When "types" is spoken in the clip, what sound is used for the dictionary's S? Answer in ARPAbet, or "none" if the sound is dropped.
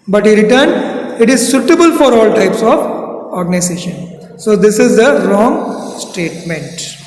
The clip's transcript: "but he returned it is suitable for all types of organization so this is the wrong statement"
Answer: S